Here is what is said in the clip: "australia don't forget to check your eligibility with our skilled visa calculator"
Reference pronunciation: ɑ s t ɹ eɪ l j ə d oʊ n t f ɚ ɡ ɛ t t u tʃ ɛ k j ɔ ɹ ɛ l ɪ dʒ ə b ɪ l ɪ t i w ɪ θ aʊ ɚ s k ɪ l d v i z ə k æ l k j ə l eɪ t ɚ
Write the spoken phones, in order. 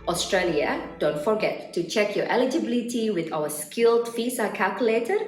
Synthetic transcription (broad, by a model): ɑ s t ɹ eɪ l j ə d oʊ n t f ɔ ɡ ɛ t t u tʃ ɛ k j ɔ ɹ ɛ l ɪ dʒ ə b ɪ l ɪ t i w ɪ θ aʊ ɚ s k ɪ l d f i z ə k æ l k j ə l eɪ t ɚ